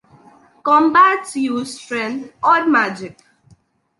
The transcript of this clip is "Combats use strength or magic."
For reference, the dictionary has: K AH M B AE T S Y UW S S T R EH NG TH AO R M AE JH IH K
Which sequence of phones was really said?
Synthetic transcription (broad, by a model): K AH M B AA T Y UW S S T R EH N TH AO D M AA JH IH K